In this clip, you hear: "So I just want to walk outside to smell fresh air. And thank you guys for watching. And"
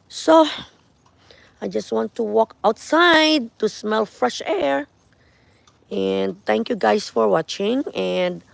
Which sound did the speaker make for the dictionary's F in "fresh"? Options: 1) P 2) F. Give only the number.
2